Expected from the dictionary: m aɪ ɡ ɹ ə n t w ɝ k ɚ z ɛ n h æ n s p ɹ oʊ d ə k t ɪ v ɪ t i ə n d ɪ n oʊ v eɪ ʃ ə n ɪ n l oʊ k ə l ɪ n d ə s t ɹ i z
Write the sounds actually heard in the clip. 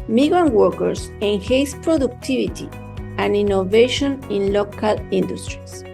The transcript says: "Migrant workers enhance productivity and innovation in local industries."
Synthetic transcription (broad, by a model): m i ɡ ɹ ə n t w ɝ k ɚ s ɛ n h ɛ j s p ɹ oʊ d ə k t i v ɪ t i ə n d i n oʊ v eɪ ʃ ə n ɪ n l oʊ k ə l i n d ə s t ɹ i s